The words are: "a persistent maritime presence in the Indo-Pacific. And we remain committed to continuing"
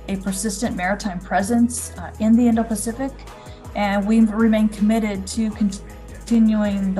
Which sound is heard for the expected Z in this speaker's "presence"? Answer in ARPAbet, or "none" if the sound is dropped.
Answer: Z